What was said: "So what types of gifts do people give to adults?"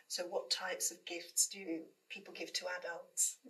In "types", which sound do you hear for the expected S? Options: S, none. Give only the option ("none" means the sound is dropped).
S